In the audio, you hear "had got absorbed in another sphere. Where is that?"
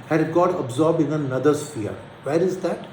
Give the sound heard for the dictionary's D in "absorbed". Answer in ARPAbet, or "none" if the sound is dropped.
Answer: none